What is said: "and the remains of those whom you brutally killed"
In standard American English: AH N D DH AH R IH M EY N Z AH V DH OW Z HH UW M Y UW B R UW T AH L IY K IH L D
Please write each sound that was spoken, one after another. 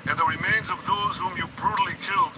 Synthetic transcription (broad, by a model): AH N DH AH R IH M EY N Z AH V DH OW Z HH UW M Y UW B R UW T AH L IY K IH L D